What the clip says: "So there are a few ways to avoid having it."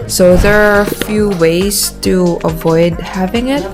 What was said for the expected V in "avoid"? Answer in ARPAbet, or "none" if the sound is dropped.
V